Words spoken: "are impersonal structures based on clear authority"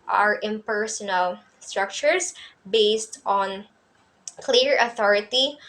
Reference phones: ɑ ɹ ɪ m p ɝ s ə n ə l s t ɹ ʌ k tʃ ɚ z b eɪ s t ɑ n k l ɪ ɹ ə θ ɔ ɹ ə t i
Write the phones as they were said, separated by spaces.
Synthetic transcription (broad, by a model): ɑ ɹ ɪ m p ɝ s ə n ə l s t ɹ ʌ k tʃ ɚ s b eɪ s t ɑ n k l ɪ ɹ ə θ ɔ ɹ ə t i